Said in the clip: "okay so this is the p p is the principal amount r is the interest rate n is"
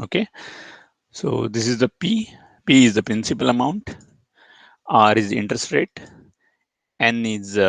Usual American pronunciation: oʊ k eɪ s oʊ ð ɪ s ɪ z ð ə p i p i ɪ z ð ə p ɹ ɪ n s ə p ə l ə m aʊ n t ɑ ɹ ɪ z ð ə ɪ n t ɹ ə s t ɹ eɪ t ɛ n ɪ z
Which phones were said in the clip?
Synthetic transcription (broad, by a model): oʊ k eɪ s oʊ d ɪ s ɪ z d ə p i p i ɪ z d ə p ɹ ɪ n s ə p ə l ə m aʊ n t ɑ ɹ ɪ z ɪ n t ɹ ə s t ɹ eɪ t ɛ n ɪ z